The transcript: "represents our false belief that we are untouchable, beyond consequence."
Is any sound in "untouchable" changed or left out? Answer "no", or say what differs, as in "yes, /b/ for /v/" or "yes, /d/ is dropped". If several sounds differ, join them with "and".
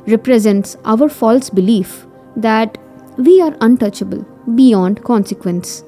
no